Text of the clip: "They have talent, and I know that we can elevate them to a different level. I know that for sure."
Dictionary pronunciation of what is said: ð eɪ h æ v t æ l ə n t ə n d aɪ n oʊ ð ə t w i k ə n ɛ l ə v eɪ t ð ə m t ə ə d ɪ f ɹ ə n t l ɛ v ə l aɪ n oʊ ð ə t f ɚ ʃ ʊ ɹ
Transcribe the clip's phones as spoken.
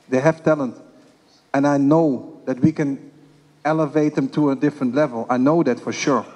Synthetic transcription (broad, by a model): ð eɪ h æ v t æ l ə n t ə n aɪ n oʊ ð ə t w i k ə n ɛ l ə v eɪ t ð ə m t ə ə d ɪ f ɹ ə n t l ɛ v ə l aɪ n oʊ ð ə t f ɚ ʃ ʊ ɹ